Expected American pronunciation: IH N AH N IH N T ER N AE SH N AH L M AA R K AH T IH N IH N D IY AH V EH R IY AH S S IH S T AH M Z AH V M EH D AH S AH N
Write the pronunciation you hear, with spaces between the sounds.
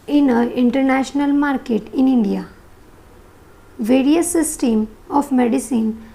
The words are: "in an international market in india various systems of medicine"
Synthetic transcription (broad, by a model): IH N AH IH N T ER N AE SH N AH L M AA R K AH T IH N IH N D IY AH V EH R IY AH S S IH S T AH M AH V M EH D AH S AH N